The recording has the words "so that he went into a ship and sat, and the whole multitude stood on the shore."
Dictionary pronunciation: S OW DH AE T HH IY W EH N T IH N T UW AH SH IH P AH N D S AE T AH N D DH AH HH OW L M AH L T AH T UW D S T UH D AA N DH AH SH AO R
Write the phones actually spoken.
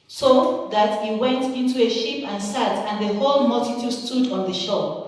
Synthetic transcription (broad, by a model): S OW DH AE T HH IY W EH N T IH N T UW AH SH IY P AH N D S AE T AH N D DH AH HH OW L M AH L T AH T UW D S T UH D AA N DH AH SH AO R